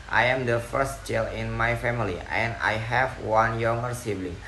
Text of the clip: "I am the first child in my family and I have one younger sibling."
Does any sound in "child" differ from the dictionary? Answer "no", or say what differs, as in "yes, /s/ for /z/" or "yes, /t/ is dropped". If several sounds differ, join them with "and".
yes, /d/ is dropped